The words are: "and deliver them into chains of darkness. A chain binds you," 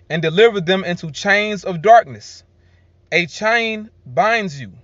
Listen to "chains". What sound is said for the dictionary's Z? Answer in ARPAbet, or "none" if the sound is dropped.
Z